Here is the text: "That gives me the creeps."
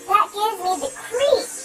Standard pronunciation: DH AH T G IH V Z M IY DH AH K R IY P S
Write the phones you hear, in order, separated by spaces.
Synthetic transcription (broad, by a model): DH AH T G IH V Z M IY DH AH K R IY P